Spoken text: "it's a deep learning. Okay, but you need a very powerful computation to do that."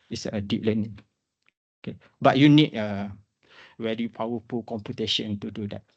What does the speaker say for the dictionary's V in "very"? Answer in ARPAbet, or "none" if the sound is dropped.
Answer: W